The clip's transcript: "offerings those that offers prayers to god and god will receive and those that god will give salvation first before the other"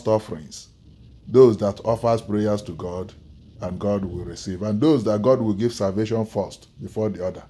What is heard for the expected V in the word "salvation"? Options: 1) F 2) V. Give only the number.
2